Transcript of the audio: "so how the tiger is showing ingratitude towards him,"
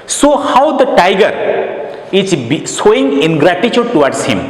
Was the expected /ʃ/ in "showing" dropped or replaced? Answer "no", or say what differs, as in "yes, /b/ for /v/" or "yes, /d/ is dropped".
yes, /s/ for /ʃ/